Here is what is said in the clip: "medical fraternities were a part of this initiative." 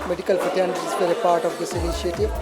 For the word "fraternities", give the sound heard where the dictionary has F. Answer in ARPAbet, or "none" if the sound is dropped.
P